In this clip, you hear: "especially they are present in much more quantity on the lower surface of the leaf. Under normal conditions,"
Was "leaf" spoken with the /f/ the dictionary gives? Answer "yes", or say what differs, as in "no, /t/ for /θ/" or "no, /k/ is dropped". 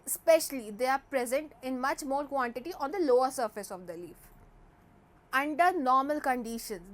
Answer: yes